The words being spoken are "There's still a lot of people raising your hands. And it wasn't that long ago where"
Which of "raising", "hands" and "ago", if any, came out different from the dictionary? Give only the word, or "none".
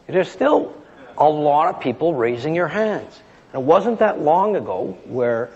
none